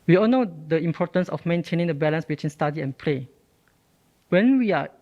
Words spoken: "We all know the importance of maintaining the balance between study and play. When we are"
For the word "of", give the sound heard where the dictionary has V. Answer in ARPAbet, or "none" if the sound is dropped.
F